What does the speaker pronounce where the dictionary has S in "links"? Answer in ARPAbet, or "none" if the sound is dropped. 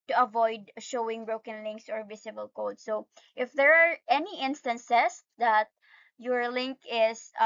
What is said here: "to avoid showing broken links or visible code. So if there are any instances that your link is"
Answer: S